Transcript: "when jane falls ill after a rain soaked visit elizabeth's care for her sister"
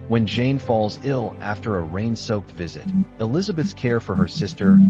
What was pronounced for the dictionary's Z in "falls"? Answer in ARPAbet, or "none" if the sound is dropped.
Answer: Z